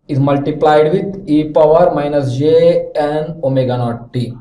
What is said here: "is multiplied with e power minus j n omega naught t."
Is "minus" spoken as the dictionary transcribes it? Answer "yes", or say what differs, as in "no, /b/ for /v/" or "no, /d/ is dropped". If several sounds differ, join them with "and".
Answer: yes